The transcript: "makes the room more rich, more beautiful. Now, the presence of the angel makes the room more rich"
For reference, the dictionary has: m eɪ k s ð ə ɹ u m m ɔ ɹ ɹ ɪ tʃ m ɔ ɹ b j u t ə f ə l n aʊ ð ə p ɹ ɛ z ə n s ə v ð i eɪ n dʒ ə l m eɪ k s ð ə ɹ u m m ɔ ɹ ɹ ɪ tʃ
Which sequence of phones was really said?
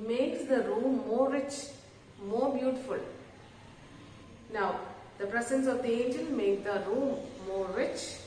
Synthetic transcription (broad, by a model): m eɪ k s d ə ɹ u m m ɔ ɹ ɹ ɪ tʃ m ɔ ɹ b j u t ə f ə l n aʊ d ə p ɹ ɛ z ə n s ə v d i eɪ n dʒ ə n m eɪ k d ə ɹ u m m ɔ ɹ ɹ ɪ tʃ